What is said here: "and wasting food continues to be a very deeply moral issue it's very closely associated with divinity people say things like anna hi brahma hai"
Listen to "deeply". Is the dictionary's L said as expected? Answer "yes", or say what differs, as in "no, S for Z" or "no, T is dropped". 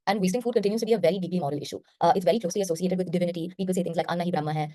yes